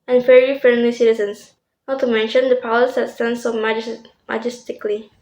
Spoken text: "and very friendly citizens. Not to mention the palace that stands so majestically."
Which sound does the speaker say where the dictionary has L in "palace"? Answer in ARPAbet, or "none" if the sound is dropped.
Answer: W